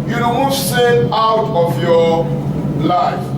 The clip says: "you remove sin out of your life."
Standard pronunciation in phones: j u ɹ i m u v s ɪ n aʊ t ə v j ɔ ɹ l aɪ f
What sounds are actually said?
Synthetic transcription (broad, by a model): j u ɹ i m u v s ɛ aʊ t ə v j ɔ l aɪ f